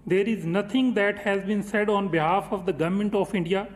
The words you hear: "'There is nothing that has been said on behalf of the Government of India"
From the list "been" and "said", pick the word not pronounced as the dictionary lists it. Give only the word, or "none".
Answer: none